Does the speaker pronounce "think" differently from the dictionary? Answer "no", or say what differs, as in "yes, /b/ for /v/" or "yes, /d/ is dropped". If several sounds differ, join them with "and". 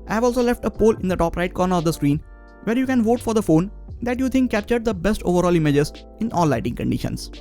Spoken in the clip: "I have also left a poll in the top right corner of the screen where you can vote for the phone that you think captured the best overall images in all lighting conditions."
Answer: yes, /t/ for /θ/